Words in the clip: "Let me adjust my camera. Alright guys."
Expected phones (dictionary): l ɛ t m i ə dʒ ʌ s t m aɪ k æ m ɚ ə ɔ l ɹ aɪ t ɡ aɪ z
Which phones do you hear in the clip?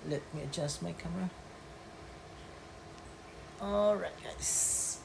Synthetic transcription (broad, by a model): l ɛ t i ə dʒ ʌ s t m aɪ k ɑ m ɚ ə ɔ ɹ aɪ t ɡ aɪ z